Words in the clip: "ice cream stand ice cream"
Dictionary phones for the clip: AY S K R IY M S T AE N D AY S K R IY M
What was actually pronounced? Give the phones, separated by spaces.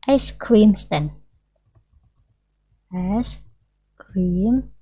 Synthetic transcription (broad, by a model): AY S K R IY M S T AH N AY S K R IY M